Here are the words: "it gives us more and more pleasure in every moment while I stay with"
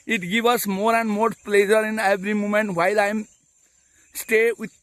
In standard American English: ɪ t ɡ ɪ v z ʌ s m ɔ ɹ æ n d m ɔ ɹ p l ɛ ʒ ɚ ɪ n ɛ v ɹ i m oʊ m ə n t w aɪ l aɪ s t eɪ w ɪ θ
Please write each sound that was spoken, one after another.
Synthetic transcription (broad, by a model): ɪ t ɡ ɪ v ʌ s m ɔ ɹ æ n d m ɔ ɹ p l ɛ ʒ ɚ ɪ n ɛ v ɹ i m oʊ m ə n t w aɪ l aɪ s t eɪ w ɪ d